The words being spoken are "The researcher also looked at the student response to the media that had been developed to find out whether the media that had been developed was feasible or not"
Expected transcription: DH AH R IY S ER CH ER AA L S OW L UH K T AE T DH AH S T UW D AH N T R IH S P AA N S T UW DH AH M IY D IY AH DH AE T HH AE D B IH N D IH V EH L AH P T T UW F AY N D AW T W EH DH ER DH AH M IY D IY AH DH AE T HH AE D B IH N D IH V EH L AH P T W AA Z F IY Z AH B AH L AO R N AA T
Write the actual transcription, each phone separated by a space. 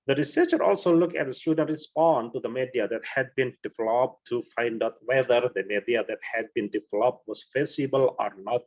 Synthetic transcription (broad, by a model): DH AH R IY S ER CH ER AA L S OW L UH K AE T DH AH S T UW D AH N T R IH S P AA N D T UW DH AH M IY D IY AH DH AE T HH AE D B IH N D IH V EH L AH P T T UW F AY N D AW T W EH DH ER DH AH M IY D IY AH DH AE T HH AE D B IH N D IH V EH L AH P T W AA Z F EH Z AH B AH L AO R N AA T